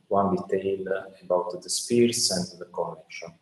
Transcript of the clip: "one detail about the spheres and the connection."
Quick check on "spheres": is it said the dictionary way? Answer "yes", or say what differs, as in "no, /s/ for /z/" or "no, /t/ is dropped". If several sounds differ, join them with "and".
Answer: no, /p/ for /f/ and /s/ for /z/